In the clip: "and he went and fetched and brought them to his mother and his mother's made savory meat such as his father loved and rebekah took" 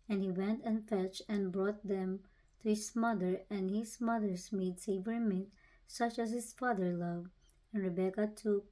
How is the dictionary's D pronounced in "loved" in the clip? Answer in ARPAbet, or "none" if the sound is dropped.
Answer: none